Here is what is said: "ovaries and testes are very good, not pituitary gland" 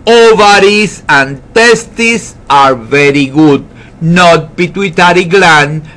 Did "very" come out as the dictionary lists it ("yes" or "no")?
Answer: yes